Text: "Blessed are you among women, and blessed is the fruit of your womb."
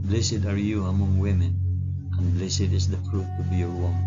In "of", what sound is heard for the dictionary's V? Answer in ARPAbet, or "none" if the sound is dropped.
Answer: B